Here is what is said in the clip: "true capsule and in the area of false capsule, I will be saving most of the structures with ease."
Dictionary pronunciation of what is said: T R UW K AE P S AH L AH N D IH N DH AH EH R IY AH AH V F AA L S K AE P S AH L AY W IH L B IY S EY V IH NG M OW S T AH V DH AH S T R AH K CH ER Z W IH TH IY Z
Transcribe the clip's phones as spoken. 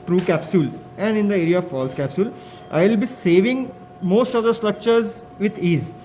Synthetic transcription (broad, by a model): T R UW K AE P S AH L AH N D IH N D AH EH R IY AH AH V F AA L S K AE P S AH L AY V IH L B IY S EY V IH NG M OW S T AH V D AH S T R AH K CH ER Z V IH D IY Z